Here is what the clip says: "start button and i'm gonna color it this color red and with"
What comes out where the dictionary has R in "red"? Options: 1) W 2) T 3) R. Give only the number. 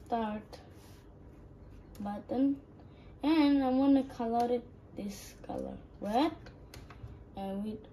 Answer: 1